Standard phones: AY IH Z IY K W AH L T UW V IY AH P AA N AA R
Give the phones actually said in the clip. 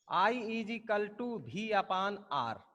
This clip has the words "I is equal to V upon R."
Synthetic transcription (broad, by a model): AY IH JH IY K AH L T UW B IY AH P AA N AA R